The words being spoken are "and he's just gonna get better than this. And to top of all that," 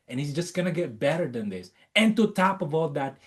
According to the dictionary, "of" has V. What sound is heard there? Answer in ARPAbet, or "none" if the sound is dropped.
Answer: B